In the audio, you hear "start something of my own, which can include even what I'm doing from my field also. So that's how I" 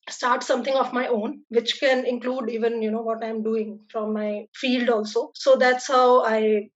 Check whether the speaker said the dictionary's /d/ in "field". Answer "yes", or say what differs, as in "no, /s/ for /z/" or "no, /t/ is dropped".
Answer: yes